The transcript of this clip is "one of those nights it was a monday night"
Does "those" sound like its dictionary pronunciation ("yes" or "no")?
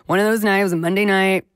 yes